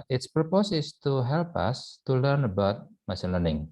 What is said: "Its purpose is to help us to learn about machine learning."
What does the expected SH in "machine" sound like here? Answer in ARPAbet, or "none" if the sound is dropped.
S